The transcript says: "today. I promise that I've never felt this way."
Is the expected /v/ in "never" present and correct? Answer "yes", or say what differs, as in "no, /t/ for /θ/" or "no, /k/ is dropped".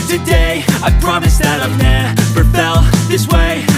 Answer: no, /p/ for /v/